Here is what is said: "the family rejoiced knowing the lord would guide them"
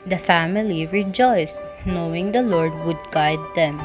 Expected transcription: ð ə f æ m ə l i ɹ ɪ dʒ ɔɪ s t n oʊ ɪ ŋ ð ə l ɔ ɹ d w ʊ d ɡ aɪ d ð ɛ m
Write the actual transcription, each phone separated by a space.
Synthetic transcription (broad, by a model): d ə f æ m ə l i ɹ ɪ dʒ ɔɪ s t n oʊ ɪ ŋ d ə l ɔ ɹ d w ʊ d ɡ aɪ d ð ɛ m